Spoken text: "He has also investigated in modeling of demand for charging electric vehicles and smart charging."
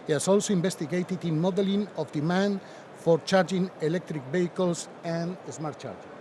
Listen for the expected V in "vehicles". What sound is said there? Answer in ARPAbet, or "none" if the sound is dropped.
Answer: B